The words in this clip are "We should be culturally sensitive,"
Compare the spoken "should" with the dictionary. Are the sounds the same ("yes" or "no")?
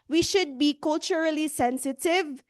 yes